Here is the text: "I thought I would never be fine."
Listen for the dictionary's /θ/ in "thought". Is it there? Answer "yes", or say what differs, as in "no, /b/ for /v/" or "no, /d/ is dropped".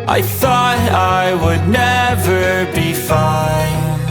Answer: yes